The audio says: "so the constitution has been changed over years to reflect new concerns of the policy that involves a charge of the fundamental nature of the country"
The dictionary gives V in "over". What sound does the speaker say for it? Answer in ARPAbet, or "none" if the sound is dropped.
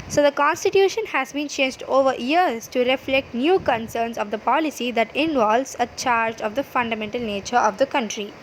V